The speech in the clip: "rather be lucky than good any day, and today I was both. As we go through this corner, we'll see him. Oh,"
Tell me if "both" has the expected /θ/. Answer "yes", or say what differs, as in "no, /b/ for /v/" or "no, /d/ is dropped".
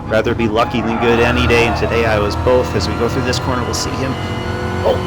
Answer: yes